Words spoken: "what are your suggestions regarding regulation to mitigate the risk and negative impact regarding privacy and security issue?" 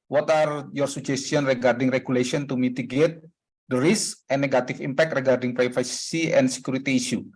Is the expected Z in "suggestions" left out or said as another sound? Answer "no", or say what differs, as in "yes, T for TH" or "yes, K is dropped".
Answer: yes, Z is dropped